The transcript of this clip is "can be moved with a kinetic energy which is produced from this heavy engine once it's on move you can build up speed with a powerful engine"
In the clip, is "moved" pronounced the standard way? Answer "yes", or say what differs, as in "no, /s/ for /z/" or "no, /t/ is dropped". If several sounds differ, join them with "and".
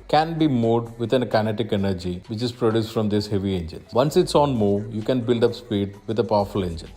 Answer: no, /v/ is dropped